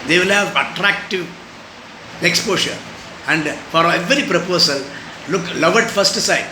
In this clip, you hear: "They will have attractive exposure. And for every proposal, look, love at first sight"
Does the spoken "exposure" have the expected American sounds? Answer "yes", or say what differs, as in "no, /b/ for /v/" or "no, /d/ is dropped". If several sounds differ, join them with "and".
no, /ʃ/ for /ʒ/